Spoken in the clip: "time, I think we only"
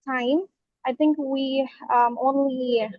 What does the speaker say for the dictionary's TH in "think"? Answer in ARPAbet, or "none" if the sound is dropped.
TH